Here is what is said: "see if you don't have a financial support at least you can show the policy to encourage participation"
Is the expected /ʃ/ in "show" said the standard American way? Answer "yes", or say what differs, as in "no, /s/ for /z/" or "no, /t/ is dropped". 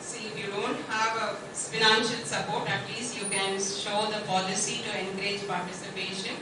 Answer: yes